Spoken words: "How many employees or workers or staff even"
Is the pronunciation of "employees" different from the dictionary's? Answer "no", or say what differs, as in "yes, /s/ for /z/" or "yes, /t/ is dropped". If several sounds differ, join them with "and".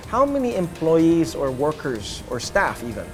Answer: no